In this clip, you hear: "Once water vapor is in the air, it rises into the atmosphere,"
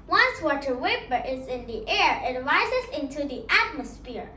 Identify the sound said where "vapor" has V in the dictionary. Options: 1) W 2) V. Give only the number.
1